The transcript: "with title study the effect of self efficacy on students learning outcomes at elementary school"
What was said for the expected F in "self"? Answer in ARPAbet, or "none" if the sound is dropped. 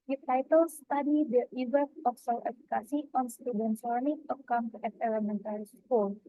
none